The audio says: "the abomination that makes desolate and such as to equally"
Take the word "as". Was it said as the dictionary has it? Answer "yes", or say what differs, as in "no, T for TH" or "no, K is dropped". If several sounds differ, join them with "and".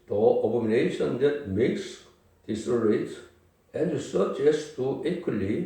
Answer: no, S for Z